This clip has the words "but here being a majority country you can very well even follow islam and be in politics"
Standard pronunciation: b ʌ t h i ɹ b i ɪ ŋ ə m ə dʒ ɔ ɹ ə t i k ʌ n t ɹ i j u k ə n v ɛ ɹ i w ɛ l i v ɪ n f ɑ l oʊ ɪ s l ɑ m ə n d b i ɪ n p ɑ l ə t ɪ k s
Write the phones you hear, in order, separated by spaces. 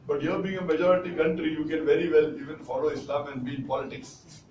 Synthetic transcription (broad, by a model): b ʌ t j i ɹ b i ɪ ŋ ə m ə dʒ ɔ ɹ ə t i k ʌ n t ɹ i j u k ə n v ɛ ɹ i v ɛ l i v ɪ n f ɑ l oʊ ɪ s l ɑ m ə n d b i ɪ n p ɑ l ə t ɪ k s